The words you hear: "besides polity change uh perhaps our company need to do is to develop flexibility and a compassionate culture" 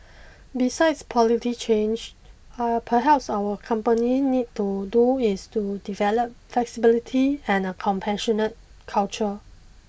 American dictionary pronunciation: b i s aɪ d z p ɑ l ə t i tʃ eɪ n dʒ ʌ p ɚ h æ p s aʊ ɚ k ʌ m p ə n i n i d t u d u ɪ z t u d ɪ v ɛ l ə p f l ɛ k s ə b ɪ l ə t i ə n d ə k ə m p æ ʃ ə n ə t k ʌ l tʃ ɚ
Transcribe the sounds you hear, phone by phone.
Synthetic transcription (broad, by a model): b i s aɪ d s p ɑ l ə t i tʃ eɪ n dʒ p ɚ h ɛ p s aʊ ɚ k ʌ m p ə n i n i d t u d u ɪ s t u d ɪ v ɛ l ə p f l ɛ k s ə b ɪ l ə t i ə n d ə k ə m p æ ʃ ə n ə t k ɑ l tʃ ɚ